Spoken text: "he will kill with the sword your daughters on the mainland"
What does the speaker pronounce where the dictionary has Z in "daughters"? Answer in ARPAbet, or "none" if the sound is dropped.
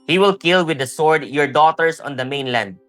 S